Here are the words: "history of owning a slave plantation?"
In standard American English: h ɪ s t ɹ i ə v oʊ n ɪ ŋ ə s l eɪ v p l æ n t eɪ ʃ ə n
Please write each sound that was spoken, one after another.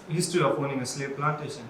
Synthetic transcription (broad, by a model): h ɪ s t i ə p oʊ n ɪ ŋ ə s l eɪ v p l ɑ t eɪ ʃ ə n